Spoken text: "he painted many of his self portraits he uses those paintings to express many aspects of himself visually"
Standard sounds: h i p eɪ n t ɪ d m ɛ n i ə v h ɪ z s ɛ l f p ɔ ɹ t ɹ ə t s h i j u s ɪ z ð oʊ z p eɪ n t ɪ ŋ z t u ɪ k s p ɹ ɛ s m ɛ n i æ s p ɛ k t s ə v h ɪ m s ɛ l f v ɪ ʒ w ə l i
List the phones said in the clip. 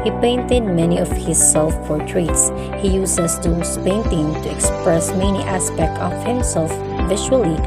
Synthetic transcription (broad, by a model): h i p eɪ n t ɪ d m ɛ n i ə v h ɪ s ɛ l f p ɔ ɹ t ɹ ə t s h i j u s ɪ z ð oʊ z p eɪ n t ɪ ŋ t u ɪ k s p ɹ ɛ s m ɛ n i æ s p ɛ k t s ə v h ɪ m s ɛ l f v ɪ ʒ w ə l i